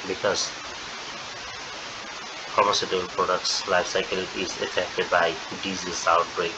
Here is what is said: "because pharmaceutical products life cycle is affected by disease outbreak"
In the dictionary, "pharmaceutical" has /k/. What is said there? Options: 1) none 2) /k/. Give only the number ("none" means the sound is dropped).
1